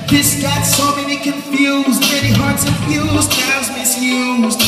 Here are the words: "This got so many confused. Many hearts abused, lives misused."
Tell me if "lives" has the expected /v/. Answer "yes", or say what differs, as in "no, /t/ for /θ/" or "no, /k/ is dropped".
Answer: no, /v/ is dropped